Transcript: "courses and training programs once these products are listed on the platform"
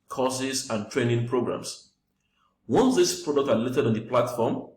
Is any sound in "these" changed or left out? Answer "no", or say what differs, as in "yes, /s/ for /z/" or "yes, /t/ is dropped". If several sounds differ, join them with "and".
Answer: yes, /s/ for /z/